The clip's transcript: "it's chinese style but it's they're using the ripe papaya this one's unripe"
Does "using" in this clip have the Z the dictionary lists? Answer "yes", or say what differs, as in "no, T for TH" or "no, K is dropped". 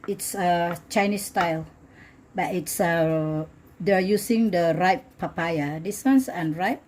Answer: no, S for Z